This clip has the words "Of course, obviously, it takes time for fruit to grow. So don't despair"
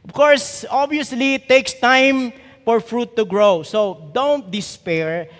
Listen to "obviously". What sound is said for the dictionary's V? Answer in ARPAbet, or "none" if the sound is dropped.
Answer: none